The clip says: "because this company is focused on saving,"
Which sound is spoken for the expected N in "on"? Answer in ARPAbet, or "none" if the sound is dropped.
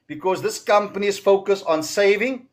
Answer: N